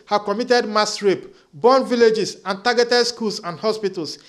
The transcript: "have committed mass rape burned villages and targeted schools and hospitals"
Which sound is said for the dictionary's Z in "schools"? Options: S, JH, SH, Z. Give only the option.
S